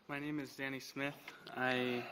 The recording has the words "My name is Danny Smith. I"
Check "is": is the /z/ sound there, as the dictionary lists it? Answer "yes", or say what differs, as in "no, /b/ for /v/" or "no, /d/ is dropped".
yes